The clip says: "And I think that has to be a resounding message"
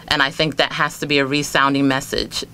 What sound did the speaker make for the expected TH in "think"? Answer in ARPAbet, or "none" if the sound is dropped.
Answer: TH